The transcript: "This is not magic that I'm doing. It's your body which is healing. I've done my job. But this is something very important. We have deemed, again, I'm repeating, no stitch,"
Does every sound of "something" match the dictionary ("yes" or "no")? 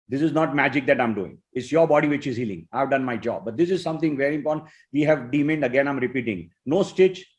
no